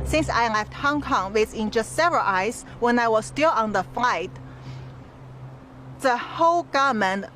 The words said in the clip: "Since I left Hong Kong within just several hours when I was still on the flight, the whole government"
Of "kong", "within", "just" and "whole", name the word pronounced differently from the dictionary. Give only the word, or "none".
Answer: within